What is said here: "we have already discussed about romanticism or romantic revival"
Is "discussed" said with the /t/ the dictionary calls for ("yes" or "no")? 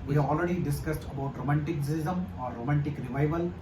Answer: yes